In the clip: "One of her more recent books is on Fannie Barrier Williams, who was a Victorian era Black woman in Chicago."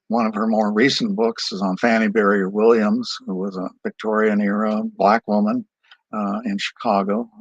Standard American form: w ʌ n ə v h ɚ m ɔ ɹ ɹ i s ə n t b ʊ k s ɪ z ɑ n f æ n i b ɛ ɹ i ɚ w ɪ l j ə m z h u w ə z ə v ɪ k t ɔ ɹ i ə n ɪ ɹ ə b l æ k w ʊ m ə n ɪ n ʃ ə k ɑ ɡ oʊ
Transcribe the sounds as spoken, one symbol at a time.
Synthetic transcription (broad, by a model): w ʌ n ə v ɚ m ɔ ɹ ɹ i s n b ʊ k s ɪ z n f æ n i b ɛ ɹ i ɚ w ɪ l j ə m z h u w ə z ə v ɪ k t ɔ ɹ i ə n ɪ ɹ ə b l æ k w ʊ m ə n ɪ n ʃ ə k ɑ ɡ oʊ